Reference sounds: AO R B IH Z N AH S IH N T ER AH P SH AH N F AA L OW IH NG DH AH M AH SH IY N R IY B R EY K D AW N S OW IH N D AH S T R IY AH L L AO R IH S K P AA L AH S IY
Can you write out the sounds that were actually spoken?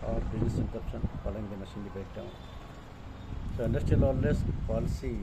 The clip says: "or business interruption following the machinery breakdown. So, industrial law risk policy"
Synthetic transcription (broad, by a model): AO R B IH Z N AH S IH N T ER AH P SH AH N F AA L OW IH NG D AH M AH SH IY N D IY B EY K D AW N S OW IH N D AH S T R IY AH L L AO L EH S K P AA L S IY